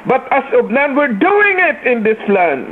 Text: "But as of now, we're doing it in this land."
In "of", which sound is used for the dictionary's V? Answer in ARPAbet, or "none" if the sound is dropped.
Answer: B